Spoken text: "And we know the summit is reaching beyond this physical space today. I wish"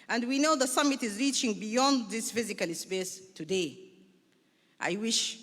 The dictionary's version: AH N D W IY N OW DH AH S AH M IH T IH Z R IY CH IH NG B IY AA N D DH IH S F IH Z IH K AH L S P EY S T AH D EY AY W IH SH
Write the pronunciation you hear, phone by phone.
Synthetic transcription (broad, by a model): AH N D W IY N OW DH AH S AH M IH T IH Z R IY CH IH NG B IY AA N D DH IH S F IH Z IH K AH L S P EY S T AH D EY AY W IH SH